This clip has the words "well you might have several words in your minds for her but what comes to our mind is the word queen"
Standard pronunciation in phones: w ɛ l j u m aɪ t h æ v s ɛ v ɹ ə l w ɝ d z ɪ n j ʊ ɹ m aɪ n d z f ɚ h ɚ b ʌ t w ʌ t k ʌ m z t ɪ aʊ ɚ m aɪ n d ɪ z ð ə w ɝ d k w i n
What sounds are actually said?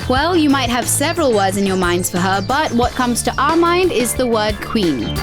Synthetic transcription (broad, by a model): w ɛ l j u m aɪ t h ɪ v s ɛ v ɹ ə l w ɝ d z ɪ n j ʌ ɹ m aɪ n d z f ɚ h ɚ b ʌ t w ʌ t k ʌ m z t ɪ aʊ ɚ m aɪ n d ɪ z ð ə w ɝ d k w i n